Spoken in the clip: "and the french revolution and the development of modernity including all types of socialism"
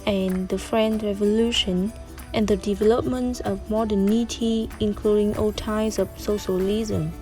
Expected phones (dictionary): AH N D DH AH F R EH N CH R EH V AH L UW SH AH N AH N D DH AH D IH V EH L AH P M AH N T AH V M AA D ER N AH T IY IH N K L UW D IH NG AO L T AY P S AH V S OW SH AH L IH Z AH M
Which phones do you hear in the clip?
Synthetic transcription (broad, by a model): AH N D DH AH F R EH N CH R EH V AH L UW SH AH N AH N D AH D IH V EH L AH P M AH N T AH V M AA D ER N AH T IY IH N K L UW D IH NG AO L T AY S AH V S OW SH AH L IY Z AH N